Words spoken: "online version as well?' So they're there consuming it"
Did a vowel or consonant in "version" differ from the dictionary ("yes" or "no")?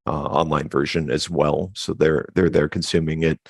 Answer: no